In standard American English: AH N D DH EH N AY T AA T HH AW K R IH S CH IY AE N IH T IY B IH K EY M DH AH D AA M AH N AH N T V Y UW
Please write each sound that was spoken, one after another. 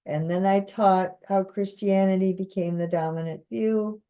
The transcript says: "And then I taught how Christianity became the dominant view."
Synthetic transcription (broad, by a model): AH N DH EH N AY T AA T HH AW K R IH S CH IY AE N IH T IY B IH K EY M DH AH D AA M AH N AH N T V Y UW